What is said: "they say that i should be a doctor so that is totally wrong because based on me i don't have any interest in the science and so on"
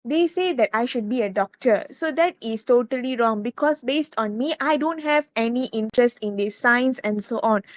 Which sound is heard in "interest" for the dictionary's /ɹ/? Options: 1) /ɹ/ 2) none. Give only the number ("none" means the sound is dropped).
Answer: 1